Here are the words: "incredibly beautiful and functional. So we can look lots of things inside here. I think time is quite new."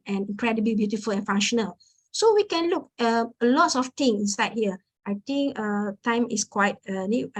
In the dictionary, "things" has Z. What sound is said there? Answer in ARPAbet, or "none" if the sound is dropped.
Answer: none